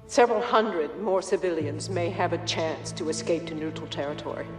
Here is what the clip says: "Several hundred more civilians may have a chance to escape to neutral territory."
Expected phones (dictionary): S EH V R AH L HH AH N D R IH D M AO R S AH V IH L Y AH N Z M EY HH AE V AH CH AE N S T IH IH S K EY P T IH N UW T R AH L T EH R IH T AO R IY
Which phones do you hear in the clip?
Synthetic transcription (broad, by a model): S EH V R L HH AH N D R IH D M AO R S AH V IH L Y AH N Z M EY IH V AH CH AE N S T IH IH S K EY P T IH N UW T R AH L T EH R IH T AO R IY